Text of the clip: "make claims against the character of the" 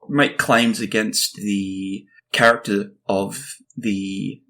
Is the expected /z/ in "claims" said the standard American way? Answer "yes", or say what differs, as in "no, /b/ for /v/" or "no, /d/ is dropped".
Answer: yes